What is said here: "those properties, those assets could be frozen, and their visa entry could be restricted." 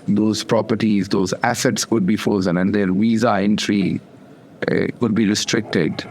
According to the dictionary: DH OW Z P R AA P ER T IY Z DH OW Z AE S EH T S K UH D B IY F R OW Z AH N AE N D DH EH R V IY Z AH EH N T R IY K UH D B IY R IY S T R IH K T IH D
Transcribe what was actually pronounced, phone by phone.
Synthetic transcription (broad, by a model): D OW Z P R AA P ER T IY Z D OW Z AE S EH T S K UH D B IY F OW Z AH N AE N D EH R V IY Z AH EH N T R IY K UH D B IY R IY S T R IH K T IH D